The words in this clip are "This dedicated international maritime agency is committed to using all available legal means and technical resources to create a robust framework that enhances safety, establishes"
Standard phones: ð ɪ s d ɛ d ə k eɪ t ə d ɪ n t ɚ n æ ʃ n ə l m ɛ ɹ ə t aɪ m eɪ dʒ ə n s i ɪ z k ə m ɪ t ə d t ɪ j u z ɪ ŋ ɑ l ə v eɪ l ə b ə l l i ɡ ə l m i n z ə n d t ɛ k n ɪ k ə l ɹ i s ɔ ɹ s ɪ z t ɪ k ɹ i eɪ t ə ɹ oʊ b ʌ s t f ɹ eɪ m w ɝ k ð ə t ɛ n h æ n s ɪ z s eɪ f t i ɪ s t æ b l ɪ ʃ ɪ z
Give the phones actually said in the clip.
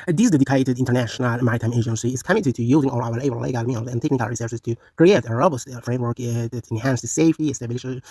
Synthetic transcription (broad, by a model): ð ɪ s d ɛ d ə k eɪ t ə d ɪ n t ɚ n æ ʃ n ə l m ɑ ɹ t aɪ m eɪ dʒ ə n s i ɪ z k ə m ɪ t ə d t ɪ j u z ɪ ŋ ɑ l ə w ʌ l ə ə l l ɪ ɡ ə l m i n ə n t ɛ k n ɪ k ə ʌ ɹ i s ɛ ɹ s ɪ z t ɪ k ɹ i eɪ t ə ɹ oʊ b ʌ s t f ɹ eɪ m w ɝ k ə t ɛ n h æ n s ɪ s eɪ f t i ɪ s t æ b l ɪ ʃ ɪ